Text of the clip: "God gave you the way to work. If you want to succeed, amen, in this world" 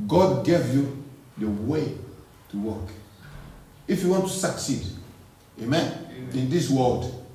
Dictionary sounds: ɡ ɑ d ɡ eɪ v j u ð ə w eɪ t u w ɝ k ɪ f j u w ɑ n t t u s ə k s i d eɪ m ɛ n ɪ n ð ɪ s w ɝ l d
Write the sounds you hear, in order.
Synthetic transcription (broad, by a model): ɡ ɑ d ɡ eɪ v j u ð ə w eɪ t u w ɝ k ɪ f j u w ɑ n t t u s ə k s i d eɪ m ɛ n ɪ n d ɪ s w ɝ l d